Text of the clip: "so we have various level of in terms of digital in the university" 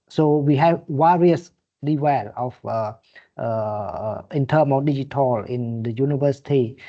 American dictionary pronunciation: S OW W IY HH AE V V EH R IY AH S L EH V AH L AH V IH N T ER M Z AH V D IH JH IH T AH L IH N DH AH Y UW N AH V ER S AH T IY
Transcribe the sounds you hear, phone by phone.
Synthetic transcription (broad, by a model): S OW W IY HH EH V W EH R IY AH S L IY W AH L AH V IH N T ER M AH F D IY JH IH T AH L IH N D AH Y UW N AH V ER S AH T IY